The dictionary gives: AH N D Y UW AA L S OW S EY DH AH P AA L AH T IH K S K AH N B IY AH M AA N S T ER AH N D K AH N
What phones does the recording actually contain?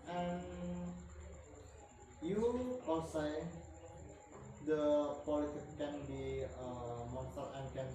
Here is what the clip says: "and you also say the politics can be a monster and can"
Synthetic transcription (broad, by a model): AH N Y UW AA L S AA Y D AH P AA L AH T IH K K AH N B IY AH M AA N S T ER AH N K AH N